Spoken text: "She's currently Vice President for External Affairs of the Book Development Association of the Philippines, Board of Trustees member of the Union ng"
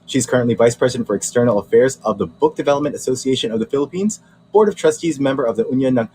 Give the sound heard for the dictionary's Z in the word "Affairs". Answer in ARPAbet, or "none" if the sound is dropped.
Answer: Z